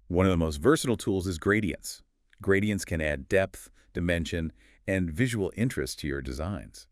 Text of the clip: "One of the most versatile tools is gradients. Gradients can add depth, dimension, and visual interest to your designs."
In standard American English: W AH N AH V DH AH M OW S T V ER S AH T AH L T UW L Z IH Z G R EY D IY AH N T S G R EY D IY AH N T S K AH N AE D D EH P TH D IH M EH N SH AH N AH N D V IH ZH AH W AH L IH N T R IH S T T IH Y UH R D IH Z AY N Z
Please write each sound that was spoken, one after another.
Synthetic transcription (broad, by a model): W AH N AH V DH AH M OW S T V ER S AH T L T UW L Z IH Z G R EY D IY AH N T S G R EY D IY AH N T S K AH N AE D D EH P TH D IH M EH N SH AH N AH N V IH ZH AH W L IH N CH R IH S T T IH Y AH R D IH Z AY N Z